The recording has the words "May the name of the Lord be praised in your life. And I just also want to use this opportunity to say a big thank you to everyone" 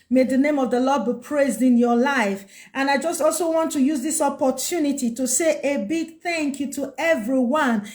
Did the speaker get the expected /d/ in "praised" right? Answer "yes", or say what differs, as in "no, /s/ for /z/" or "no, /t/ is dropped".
yes